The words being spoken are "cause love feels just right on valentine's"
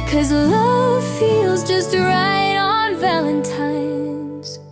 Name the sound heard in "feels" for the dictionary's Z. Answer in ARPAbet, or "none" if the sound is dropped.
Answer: Z